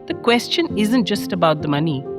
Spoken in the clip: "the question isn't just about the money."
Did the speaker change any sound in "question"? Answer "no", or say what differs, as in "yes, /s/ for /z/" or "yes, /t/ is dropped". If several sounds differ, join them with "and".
no